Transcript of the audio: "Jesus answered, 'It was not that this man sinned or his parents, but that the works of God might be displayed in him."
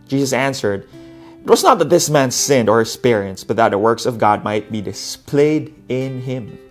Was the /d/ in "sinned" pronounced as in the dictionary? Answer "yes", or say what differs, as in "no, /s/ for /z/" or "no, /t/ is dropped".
yes